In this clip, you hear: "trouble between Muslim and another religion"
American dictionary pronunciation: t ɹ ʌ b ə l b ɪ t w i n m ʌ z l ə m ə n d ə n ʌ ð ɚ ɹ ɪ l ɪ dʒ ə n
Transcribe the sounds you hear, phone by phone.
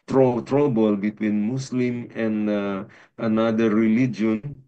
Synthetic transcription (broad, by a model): t ɹ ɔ b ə l b ɪ t w i n m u s l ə m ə n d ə n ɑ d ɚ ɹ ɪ l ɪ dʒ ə n